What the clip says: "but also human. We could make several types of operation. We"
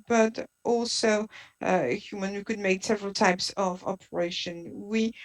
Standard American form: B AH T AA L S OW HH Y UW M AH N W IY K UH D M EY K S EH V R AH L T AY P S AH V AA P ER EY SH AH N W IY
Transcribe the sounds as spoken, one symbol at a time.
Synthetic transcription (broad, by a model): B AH T AA L S OW HH Y UW M AH N W IY K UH D M EY K S EH V R AH L T AY P S AH V AA P ER EY SH AH N W IY